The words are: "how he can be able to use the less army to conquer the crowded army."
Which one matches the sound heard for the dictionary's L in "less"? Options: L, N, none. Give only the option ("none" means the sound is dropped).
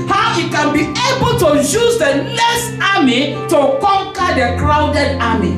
N